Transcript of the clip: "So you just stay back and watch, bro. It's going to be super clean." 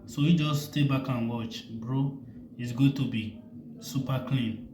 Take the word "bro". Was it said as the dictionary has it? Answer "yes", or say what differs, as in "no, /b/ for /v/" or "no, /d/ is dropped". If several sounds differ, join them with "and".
yes